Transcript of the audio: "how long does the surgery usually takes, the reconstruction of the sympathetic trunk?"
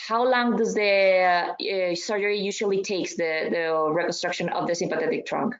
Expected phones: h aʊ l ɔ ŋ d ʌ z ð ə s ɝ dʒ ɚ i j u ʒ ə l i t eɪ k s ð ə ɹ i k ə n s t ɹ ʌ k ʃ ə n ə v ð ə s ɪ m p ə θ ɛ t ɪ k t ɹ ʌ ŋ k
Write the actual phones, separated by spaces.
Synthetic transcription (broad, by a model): h aʊ l ɔ ŋ d ʌ z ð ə s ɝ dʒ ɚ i j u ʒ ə l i t eɪ k s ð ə ɹ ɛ k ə n s t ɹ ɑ k ʃ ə n ə v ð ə s ɪ m p ə θ ɛ t ɪ k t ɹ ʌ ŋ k